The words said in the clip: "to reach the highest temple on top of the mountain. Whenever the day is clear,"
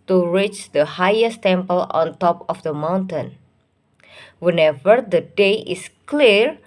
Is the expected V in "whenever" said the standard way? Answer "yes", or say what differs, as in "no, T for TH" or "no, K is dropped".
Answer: yes